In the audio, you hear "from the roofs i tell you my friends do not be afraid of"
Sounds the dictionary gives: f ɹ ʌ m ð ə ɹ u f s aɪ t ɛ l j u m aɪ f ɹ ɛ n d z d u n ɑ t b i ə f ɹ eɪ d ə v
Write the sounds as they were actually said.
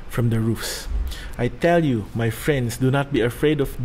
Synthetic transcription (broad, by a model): f ɹ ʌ m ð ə ɹ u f s aɪ t ɛ l j u m aɪ f ɹ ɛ n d s d u n ɑ t b i ə f ɹ eɪ d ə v